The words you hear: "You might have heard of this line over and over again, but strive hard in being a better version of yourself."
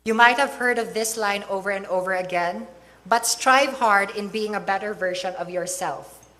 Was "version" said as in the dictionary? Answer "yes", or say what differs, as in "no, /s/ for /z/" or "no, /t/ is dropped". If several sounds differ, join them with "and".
no, /ʃ/ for /ʒ/